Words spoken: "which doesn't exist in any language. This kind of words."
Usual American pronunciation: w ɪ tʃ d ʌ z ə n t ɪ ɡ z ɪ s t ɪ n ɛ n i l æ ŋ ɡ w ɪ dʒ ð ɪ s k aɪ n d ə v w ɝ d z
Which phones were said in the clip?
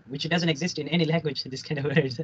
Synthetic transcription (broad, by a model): w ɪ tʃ d ʌ z ə n t ɪ ɡ z ɪ s t ɪ n ɛ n i l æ ŋ ɡ w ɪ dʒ ð ɪ s k aɪ n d ə v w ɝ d